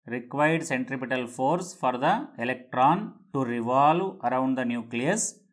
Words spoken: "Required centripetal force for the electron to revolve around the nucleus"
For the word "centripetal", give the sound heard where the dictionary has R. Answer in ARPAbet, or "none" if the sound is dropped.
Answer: R